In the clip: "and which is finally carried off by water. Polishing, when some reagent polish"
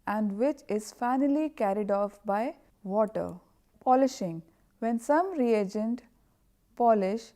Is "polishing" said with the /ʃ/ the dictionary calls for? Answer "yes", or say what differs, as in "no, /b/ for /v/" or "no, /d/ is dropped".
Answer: yes